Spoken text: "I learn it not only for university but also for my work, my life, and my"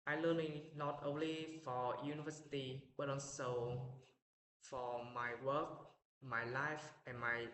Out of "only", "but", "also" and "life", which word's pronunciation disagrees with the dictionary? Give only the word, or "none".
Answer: also